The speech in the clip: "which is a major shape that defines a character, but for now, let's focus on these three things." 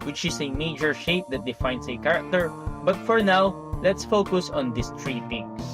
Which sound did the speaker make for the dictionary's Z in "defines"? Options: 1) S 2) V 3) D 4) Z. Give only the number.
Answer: 1